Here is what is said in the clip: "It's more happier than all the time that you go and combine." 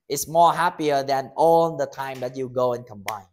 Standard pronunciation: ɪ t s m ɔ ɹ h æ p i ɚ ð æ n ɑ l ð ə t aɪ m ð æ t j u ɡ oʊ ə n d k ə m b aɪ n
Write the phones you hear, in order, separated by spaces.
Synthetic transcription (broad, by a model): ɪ t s m ɔ ɹ h æ p i ɚ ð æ n ɑ l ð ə t aɪ m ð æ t j u ɡ oʊ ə n k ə m b aɪ n